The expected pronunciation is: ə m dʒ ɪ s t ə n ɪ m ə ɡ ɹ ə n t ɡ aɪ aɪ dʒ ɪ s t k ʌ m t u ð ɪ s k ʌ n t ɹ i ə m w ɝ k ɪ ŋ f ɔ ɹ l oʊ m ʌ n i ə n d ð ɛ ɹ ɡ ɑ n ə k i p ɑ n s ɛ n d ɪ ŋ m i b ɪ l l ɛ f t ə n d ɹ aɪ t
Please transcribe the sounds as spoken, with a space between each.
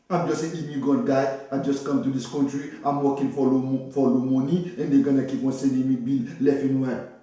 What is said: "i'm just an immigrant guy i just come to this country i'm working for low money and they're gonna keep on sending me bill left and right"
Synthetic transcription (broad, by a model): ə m dʒ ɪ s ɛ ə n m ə ɡ ə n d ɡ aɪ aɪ dʒ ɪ s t k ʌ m t u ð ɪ s k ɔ n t ɹ i ə m w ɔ k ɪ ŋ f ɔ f l oʊ m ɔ n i ə n d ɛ ɡ ɑ n ə k i p ɑ n s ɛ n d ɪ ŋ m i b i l l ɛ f ə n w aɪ